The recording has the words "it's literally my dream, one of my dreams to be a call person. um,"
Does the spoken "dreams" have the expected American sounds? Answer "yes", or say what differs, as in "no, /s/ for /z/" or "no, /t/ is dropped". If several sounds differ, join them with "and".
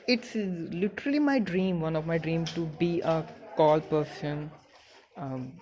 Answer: no, /z/ is dropped